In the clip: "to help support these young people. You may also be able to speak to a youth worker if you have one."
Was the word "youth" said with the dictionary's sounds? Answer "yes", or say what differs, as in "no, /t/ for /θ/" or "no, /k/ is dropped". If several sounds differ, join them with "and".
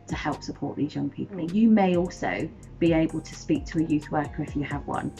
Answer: yes